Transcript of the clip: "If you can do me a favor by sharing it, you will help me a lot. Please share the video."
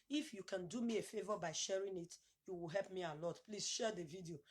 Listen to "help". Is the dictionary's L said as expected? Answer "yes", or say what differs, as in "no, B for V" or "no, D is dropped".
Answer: yes